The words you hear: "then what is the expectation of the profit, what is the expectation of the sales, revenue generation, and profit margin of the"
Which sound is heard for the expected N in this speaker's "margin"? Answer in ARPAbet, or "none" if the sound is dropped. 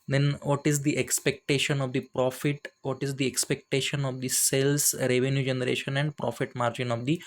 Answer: N